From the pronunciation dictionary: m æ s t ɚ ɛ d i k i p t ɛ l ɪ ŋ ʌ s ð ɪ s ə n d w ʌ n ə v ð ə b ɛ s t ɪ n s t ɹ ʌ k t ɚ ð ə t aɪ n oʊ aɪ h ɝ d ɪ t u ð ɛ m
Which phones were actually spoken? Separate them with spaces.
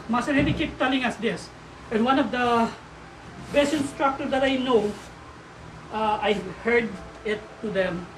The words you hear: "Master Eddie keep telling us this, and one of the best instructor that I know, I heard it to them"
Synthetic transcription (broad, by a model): m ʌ s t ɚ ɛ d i k i p t ɛ l ɪ ŋ ʌ s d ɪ s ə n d w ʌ n ə v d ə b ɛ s ɪ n s t ɹ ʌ k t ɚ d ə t aɪ n oʊ aɪ h ɝ d ɪ t u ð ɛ m